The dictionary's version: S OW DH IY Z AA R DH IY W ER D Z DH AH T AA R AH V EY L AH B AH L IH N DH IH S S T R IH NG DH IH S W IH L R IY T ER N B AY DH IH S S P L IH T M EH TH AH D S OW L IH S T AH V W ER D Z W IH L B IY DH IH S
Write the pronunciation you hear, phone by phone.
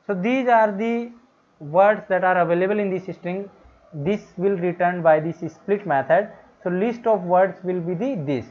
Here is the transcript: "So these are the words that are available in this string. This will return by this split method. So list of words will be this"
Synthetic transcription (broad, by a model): S OW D IY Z AA R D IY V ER D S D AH T AA R AH V EY L AH B AH L IH N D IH S S T R IH NG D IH S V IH L R IY T ER N B AY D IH S S P L IH T M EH T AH D S OW L IH S T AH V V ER D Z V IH L B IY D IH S